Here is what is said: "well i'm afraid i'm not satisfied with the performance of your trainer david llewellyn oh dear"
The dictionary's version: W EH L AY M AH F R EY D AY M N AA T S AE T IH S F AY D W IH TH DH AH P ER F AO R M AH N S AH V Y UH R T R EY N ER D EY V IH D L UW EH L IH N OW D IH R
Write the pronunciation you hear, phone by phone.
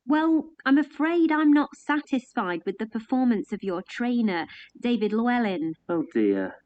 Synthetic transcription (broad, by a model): W EH L AY M AH F R EY D AY M N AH T S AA T IH S F AY D W IH DH AH P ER F AO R M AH N S AH V Y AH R T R EY N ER D EY V IH D L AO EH L IH N OW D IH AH